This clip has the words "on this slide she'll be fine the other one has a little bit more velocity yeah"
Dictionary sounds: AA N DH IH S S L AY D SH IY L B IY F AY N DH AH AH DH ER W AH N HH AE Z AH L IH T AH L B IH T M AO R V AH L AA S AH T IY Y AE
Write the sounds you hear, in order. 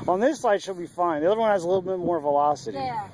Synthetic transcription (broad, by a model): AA N DH IH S S AY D SH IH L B IY F AY N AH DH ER W AH N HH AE Z AH L IH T L B IH T M AO R V AH L AA S AH T IY